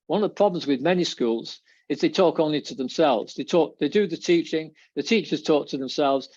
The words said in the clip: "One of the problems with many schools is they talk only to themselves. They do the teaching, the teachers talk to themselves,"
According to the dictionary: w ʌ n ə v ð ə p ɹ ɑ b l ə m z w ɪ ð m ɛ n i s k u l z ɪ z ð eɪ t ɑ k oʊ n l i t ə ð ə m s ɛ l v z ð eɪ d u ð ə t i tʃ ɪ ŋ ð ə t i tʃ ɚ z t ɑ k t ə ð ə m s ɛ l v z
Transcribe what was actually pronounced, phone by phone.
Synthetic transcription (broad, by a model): w ʌ n ə v ð ə p ɹ ɑ b l ə m z w ɪ ð m ɛ n i s k u l z ɪ z ð eɪ t ɑ k oʊ n l i t ə ð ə m s ɛ l v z ð eɪ d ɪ ð ə t i tʃ ɪ ŋ ð ə t i tʃ ɚ z t ɑ k t ə ð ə m s ɛ l v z